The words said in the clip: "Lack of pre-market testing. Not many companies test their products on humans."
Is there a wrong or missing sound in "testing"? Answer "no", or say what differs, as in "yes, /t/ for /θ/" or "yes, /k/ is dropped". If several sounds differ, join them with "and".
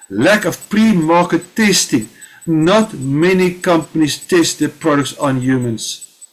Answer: no